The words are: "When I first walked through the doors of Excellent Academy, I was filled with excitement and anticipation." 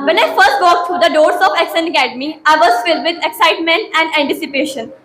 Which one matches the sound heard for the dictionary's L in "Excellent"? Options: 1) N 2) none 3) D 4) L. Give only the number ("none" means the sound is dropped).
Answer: 2